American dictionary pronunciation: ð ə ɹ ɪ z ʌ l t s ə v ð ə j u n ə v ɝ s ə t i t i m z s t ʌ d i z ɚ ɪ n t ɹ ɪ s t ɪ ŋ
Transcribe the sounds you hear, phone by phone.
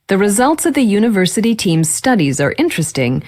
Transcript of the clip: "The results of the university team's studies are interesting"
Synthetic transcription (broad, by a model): ð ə ɹ ɪ z ʌ l t s ə v ð ə j u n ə v ɝ s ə t i t i m z s t ʌ d i z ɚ ɪ n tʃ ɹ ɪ s t ɪ ŋ